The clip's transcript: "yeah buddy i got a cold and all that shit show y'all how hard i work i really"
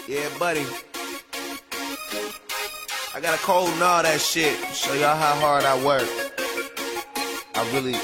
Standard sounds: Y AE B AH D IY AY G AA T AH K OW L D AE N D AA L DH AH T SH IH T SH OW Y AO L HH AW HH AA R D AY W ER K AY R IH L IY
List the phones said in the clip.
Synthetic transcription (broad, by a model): Y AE B AH D IY AY G AA T AH K OW L D N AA DH AH T SH IH T S OW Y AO HH AW HH AA R D AY W ER K AY R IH L IY